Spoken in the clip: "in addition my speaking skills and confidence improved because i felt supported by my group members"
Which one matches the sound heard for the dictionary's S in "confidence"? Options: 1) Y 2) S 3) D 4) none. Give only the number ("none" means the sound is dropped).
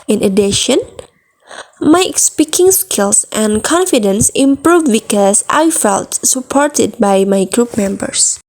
2